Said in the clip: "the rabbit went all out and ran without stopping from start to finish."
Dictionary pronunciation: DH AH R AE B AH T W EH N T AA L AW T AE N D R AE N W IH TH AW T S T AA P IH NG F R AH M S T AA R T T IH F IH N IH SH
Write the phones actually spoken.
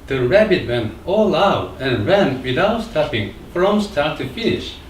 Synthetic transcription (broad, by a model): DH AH R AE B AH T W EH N AA L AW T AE N R AE N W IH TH AW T S T AA P IH NG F R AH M S T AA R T T IH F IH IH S